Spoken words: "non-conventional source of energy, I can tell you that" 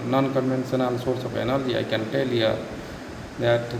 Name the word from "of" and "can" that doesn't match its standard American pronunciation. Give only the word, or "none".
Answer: of